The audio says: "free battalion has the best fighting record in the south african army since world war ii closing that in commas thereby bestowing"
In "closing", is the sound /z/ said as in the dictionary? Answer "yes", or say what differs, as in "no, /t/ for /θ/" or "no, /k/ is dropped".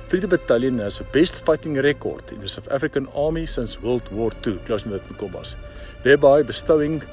no, /s/ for /z/